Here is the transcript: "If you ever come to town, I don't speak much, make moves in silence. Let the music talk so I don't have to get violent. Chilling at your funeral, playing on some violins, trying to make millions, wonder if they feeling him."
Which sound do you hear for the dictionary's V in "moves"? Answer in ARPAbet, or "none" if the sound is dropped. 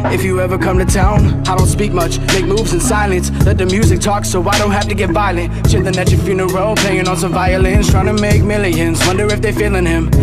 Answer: V